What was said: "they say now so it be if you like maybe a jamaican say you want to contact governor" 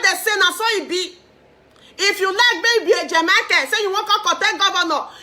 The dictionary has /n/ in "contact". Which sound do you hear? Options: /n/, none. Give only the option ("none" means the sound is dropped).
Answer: none